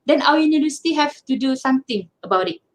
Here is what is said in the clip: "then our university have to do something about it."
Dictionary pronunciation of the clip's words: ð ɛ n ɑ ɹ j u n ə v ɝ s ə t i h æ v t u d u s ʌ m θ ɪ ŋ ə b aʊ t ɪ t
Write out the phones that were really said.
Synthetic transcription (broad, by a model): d ɛ n ɑ w j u n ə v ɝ s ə t i h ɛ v t u d u s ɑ m t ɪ ŋ ə b aʊ t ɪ t